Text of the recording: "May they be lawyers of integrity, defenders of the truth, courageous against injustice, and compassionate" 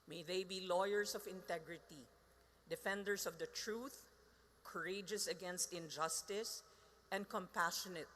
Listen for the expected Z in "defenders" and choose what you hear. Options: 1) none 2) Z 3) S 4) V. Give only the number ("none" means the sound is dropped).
3